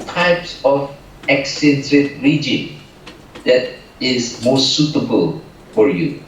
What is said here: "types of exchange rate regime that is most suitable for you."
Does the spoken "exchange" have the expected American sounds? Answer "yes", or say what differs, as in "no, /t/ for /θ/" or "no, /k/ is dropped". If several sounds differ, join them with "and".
no, /tʃ/ is dropped